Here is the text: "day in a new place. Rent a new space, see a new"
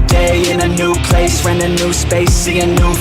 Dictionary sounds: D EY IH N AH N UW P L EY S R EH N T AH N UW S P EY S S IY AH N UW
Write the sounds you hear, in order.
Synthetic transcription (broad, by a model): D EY IH N AH N UW P L EY S W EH N AH N UW S P EY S S IY AH N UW